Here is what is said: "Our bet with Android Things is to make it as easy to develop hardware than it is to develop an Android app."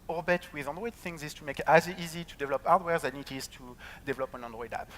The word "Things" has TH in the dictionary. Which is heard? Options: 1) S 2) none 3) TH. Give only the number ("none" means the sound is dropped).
3